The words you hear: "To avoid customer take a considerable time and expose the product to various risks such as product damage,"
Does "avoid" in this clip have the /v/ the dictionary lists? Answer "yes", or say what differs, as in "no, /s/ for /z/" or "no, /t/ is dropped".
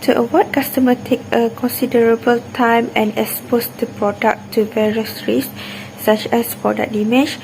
no, /w/ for /v/